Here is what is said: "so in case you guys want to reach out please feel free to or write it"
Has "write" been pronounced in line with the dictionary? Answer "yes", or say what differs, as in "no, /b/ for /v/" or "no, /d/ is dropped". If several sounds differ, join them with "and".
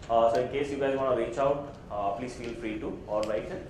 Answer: no, /l/ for /ɹ/